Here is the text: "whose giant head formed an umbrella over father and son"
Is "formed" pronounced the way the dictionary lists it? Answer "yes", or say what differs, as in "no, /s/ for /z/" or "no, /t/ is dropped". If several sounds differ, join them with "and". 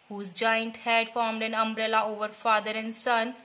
yes